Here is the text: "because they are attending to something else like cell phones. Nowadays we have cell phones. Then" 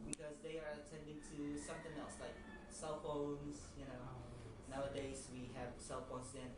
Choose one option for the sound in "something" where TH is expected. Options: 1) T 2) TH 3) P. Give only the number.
1